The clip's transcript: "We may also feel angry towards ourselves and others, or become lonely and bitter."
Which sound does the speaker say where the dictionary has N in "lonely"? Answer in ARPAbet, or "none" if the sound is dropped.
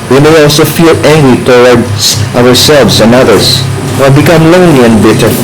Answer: none